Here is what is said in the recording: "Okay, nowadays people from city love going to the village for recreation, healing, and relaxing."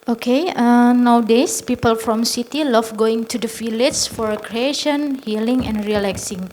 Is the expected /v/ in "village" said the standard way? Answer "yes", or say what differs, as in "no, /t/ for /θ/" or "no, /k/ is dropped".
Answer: no, /f/ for /v/